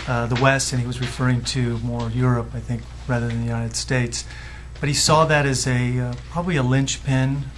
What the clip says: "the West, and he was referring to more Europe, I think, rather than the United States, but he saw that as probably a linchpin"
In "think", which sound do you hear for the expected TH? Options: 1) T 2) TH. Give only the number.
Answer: 2